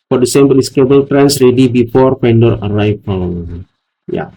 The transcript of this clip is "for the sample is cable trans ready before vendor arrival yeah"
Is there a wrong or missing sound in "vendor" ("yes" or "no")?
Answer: yes